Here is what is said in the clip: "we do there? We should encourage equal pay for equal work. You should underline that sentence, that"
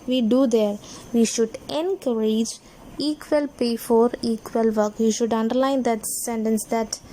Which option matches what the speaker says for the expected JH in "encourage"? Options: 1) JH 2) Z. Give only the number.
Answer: 1